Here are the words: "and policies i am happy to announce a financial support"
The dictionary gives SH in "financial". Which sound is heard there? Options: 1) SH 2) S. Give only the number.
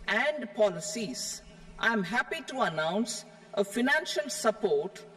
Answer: 1